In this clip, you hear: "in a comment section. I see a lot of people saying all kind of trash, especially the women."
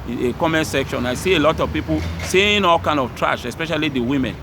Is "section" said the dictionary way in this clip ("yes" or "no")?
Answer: yes